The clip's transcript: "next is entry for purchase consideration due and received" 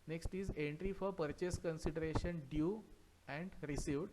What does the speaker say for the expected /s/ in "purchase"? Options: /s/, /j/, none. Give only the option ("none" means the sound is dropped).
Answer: /s/